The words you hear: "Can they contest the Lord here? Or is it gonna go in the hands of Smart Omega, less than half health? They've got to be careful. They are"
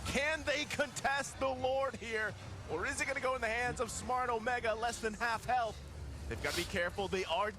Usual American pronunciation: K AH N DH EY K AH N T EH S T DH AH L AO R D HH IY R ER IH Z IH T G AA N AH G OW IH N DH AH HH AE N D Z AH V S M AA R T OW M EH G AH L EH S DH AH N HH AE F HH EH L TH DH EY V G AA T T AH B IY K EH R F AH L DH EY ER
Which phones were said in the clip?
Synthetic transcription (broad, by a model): K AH N DH EY K AH N T EH S T DH AH L AO R D HH IY R ER IH Z IH T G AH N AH G OW IH N DH AH HH AE N D Z AH V S M AA R T OW M EH G AH L EH S DH AH N HH AE F HH EH L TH DH EY V G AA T T AH B IY K EH R F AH L DH EY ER